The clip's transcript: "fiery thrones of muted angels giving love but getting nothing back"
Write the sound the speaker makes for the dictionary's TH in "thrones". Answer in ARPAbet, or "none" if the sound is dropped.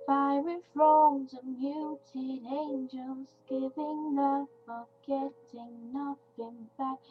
F